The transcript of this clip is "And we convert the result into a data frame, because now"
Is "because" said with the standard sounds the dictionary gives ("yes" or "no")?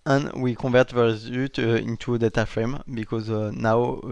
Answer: yes